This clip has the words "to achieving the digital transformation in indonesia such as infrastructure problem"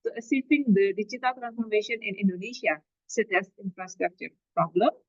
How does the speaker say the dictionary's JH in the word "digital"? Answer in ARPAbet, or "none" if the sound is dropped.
CH